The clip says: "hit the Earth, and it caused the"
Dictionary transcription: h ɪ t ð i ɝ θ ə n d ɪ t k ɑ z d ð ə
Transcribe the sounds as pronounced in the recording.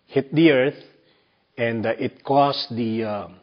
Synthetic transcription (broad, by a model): h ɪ t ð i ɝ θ ə n d ɪ t k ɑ s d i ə